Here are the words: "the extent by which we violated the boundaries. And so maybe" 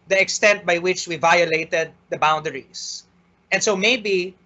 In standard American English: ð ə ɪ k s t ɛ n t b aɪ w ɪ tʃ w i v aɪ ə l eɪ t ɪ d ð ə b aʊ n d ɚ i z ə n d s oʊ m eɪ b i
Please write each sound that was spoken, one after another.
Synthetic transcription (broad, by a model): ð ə ɪ k s t ɛ n t b aɪ w ɪ tʃ w i v aɪ ə l eɪ t ɪ d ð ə b aʊ n d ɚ i s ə n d s oʊ m eɪ b i